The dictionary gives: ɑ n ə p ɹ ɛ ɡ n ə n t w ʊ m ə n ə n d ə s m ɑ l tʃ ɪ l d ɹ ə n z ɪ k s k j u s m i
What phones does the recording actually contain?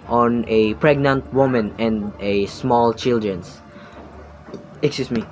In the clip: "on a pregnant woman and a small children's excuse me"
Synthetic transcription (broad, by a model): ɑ n ə p ɹ ɛ ɡ n ə n t w ʊ m ə n ə n d ə s m ɑ l tʃ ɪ l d ɹ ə n s ɪ k s k j u s m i